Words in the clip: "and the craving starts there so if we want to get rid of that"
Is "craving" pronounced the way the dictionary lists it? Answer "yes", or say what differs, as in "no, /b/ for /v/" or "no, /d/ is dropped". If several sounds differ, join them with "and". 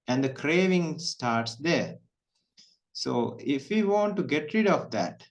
yes